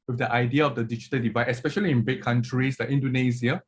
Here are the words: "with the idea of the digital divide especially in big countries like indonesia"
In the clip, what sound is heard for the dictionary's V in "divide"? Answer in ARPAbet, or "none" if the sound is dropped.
V